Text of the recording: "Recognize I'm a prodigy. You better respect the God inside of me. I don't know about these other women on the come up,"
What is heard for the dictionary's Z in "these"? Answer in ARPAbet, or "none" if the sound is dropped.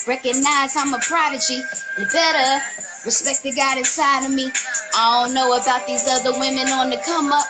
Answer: Z